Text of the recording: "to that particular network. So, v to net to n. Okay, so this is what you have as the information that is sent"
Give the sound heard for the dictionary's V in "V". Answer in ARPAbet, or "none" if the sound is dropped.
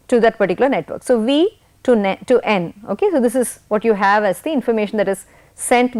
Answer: V